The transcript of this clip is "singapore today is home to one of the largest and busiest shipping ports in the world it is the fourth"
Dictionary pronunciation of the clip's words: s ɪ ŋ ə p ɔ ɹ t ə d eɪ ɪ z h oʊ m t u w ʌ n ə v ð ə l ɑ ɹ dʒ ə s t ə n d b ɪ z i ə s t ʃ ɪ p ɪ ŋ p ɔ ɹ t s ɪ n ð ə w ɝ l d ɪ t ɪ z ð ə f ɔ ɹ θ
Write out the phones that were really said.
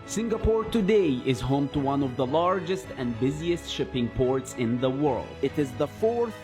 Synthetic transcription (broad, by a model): s ɪ ŋ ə p ɔ ɹ t ə d eɪ ɪ z h oʊ m t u w ʌ n ə v ð ə l ɑ ɹ dʒ ə s t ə n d b ɪ z i ə s t ʃ ɪ p ɪ ŋ p ɔ ɹ t s ɪ n ð ə w ɝ l d ɪ t ɪ z ð ə f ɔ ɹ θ